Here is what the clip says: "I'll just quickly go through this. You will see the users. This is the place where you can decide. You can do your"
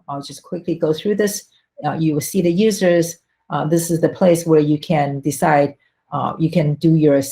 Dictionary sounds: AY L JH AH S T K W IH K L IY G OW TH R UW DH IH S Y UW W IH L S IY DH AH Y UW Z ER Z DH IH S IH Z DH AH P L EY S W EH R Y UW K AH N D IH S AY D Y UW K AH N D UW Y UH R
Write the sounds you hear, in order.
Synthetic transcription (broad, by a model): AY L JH AH S K W IH K L IY G OW TH R UW DH IH S Y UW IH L S IY DH AH Y UW Z ER Z DH IH S IH Z DH AH P L EY S W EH R Y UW K AH N D IH S AY D Y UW K AH N D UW Y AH R